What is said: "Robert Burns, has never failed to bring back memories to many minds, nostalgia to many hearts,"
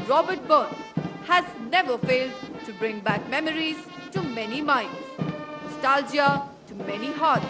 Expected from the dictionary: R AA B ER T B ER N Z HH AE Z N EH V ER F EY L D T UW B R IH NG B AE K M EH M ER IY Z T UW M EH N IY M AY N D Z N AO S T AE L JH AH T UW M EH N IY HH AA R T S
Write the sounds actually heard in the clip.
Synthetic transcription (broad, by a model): R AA B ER T B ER N HH AE Z N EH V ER F EY L D T UW B R IH NG B AE K M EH M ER IY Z T UW M EH N IY M AY N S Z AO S T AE L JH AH T UW M EH N IY HH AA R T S